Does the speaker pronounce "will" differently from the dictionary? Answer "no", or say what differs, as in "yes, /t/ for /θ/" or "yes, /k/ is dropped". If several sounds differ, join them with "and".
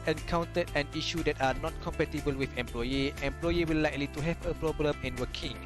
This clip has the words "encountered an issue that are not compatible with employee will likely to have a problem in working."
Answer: yes, /w/ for /l/